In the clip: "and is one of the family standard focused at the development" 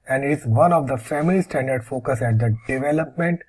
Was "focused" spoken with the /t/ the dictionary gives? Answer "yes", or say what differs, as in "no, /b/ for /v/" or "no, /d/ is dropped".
no, /t/ is dropped